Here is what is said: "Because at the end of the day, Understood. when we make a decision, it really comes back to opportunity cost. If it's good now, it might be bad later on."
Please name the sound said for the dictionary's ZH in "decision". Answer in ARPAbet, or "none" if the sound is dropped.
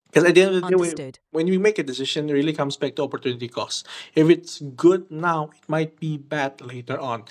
SH